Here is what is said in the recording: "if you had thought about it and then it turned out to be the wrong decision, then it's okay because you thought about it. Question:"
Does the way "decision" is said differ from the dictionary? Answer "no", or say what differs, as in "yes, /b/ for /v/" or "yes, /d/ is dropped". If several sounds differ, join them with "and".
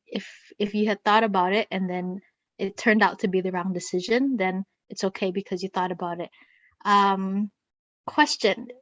no